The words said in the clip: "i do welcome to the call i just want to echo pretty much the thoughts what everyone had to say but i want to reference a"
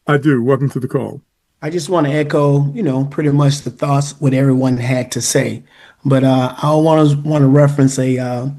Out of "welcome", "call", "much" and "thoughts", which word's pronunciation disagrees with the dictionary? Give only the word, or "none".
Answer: none